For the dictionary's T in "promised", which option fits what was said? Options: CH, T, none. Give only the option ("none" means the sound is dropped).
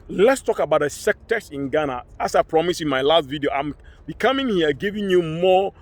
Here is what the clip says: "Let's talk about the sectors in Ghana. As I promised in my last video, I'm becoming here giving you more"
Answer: none